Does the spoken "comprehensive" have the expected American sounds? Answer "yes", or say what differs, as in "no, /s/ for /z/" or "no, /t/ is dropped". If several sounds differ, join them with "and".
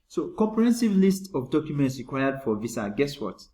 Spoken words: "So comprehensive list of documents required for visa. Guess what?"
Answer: yes